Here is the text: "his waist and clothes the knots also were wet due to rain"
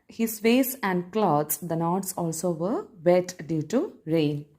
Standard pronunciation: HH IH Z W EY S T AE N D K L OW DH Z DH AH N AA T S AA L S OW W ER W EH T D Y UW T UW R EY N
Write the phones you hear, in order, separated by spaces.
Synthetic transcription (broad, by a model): HH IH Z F EY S AE N D K L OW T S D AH N AA T S AA L S OW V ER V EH T D Y UW T UW R EY N